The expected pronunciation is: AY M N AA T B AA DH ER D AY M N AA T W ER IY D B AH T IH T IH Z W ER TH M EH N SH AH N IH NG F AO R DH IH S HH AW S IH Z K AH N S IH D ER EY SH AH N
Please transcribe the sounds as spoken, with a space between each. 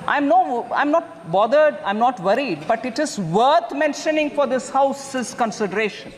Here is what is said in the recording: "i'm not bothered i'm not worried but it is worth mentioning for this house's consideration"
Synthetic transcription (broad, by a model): AY M N AA T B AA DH ER D AY M N AA T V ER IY D B AH T IH T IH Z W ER T M EH N SH AH N IH NG F AO R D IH S HH AW S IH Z K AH N S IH D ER EY SH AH N